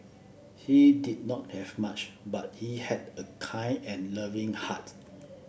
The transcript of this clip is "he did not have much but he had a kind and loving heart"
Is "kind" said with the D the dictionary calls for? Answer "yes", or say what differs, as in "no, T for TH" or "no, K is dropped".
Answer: no, D is dropped